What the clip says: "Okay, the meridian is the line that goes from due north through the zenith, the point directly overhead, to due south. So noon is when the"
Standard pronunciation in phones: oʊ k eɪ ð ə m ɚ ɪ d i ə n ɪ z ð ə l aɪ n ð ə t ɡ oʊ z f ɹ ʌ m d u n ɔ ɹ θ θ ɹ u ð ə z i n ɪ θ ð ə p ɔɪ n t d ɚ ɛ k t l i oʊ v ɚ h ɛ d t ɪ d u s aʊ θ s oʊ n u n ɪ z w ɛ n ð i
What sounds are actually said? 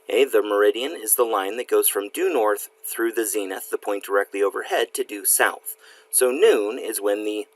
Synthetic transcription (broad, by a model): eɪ ð ə m ɚ ɪ d i ə n ɪ z ð ə l aɪ n ð ə t ɡ oʊ z f ɹ ʌ m d u n ɔ ɹ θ θ ɹ u ð ə z i n ɪ θ ð ə p ɔɪ n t d ɚ ɛ k t l i oʊ v ɚ h ɛ d t ɪ d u s aʊ θ s oʊ n u n ɪ z w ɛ n ð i